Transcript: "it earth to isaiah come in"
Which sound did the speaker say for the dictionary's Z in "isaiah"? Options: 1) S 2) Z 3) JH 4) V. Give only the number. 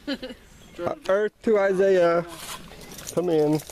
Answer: 2